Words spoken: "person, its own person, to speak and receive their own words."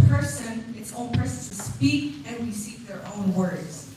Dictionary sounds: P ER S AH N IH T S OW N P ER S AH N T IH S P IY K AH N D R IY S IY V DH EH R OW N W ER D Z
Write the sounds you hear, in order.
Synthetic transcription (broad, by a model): P ER S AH N IH T S OW N P ER S AH N S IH S P IY K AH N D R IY S IY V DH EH R OW N W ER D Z